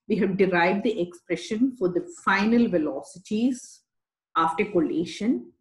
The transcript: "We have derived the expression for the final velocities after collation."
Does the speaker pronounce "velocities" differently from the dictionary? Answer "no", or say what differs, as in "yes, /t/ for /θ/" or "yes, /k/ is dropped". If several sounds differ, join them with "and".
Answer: no